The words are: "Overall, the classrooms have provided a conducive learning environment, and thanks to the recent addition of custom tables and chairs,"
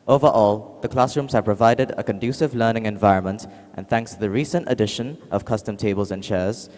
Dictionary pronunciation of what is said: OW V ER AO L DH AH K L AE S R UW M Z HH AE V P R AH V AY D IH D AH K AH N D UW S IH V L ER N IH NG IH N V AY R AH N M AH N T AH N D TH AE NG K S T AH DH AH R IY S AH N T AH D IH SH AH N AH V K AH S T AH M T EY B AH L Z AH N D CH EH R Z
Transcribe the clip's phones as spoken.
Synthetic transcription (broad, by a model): OW V ER AO L DH AH K L AE S R UW M Z HH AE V P R AH V AY D IH D AH K AH N D UW S IH V L ER N IH NG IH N V AY R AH N M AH N T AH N TH AE NG K S T AH DH AH R IY S AH N T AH D IH SH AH N AH V K AH S T AH M T EY B AH L Z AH N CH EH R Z